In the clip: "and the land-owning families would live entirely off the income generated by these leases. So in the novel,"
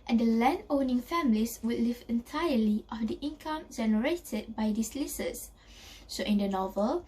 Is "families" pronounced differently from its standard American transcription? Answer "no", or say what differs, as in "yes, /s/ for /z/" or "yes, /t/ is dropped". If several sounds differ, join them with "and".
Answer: yes, /s/ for /z/